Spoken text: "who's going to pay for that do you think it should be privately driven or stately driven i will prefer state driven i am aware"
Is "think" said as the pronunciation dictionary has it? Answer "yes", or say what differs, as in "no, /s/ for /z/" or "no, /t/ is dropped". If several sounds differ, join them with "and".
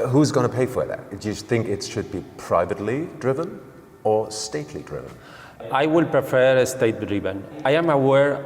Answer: yes